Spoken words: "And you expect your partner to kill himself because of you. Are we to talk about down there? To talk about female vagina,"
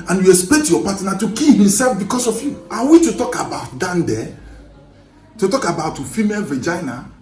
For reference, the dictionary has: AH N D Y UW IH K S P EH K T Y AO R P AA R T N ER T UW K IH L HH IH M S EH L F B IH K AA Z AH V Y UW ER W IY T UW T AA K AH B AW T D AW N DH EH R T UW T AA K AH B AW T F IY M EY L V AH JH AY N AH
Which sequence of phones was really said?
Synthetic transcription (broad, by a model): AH N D Y UW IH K S P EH K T Y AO P AA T N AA T UW K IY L HH IH M S EH L F B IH K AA S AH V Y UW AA W IY T UW T AA K AH B AW T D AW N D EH T UW T AA K AH B AW T F IY M EY L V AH JH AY N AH